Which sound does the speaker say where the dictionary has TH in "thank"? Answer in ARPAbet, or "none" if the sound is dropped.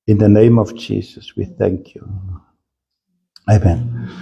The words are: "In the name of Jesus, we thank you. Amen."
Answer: TH